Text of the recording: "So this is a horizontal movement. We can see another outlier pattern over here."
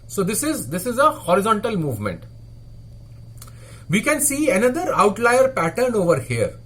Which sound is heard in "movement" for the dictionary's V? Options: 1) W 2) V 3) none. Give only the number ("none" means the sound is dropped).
2